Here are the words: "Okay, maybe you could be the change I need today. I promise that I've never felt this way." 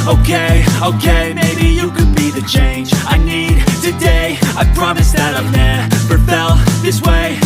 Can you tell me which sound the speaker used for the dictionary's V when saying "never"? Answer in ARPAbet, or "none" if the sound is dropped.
P